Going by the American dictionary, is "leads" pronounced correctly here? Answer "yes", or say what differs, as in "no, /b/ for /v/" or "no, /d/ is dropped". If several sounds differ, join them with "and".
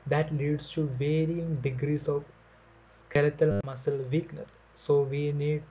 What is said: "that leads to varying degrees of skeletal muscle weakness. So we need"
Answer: no, /s/ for /z/